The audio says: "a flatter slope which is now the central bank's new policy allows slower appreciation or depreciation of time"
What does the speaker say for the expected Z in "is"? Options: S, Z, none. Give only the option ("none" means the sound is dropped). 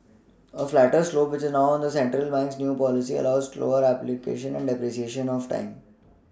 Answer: Z